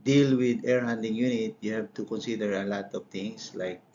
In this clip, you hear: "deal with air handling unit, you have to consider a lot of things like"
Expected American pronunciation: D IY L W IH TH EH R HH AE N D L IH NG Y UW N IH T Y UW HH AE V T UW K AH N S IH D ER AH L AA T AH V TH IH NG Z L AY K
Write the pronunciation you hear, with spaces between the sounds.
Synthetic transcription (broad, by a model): D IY L W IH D EH R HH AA N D IH NG Y UW N IH T Y UW HH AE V T UW K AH N S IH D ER AH L AA T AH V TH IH NG S L AY K